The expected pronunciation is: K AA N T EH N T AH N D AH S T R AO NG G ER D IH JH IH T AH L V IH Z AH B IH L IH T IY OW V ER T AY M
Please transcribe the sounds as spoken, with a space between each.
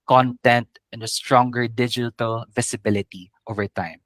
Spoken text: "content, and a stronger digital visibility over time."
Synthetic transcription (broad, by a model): K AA N T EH N T AH N D AH S T R AO NG G ER D IH JH IH T AH L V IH S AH B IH L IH T IY OW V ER T AY M